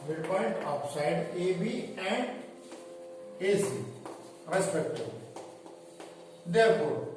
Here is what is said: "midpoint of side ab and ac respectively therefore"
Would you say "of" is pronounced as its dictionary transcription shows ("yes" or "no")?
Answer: no